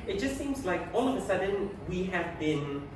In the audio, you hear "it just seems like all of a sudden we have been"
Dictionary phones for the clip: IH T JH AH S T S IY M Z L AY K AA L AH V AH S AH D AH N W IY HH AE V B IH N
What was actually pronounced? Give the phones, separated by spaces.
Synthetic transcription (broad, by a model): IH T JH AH S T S IY M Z L AY K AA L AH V AH S AH D AH N W IY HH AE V B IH N